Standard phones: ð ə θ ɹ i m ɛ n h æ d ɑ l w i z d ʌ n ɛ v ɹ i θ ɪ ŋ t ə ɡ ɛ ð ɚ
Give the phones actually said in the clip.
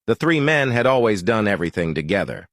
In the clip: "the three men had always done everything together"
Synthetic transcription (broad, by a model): ð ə θ ɹ i m ɛ n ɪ d ɑ l w i z d ʌ n ɛ v ɹ i θ ɪ ŋ t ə ɡ ɛ ð ɚ